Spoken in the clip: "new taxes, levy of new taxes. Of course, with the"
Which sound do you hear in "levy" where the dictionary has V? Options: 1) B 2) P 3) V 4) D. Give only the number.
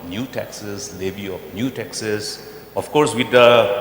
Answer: 1